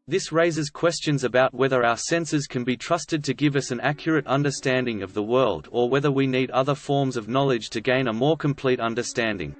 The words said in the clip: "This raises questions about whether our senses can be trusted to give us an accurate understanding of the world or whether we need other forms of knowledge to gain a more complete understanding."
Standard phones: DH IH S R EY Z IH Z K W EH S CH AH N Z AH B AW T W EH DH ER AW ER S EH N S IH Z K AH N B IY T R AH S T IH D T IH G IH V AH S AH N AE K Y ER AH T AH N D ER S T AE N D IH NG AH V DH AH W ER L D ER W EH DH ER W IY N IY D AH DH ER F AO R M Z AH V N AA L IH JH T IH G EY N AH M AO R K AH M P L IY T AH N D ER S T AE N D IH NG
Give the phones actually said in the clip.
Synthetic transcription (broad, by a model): DH IH S R EY Z IH Z K W EH S CH AH N Z AH B AW T W EH DH ER AW ER S EH N S IH Z K AH N B IY T R AH S T IH D T IH G IH V AH S AH N AE K Y ER AH T AH N D ER S T AE N D IH NG AH V DH AH W ER L D ER W EH DH ER W IY N IY D AH DH ER F AO R M Z AH V N AA L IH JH T IH G EY N AH M AO R K AH M P L IY T AH N D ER S T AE N D IH NG